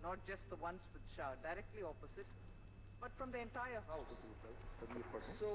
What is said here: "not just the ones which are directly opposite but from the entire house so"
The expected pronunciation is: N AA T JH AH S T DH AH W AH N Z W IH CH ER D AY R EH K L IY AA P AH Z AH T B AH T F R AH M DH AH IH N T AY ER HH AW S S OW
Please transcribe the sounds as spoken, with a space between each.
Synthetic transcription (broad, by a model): N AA T JH AH S T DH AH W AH N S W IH SH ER D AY R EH K L IY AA P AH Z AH T B AH T F R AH M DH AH IH N T AY ER HH AW S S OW